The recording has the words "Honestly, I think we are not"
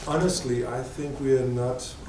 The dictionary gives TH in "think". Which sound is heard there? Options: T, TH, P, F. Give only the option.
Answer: TH